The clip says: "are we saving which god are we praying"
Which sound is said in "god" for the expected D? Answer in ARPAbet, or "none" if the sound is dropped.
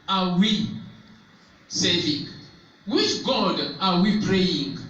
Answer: D